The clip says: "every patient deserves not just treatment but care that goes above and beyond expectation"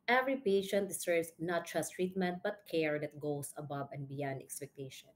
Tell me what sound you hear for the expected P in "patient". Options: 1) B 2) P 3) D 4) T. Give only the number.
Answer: 2